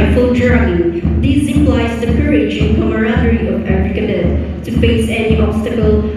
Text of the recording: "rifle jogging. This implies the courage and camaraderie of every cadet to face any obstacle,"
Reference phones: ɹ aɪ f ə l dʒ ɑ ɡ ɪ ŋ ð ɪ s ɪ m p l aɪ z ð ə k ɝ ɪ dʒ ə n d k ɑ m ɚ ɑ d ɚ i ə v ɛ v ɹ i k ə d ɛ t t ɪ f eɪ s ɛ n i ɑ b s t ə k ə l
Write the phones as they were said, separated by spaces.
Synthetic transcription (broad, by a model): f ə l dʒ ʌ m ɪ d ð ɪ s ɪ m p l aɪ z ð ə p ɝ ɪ ʃ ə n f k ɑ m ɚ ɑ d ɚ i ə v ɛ f ɹ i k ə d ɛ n t ɪ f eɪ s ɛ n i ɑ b s t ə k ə l